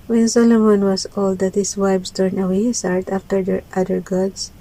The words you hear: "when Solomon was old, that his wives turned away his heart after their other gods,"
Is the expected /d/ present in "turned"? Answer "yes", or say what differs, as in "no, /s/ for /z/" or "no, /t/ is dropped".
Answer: no, /d/ is dropped